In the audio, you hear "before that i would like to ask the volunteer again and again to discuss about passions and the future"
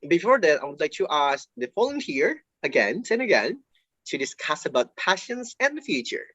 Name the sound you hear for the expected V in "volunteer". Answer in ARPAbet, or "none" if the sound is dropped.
F